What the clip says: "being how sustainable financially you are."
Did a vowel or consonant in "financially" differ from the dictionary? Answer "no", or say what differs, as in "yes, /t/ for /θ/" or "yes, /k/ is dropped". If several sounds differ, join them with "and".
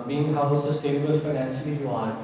yes, /s/ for /ʃ/